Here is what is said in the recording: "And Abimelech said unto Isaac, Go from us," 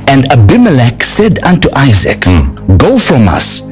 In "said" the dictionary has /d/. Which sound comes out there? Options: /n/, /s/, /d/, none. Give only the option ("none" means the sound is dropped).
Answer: /d/